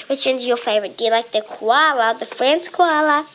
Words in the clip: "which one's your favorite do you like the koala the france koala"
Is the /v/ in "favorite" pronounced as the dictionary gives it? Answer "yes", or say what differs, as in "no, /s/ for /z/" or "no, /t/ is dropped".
yes